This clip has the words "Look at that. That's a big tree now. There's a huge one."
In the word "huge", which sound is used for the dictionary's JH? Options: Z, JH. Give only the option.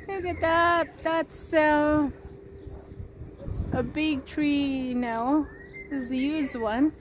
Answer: Z